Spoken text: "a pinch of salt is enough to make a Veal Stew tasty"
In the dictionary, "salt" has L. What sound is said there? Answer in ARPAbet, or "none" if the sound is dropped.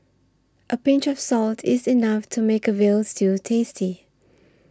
L